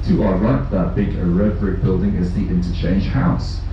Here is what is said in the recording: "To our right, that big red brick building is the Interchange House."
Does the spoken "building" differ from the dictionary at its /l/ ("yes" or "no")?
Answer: no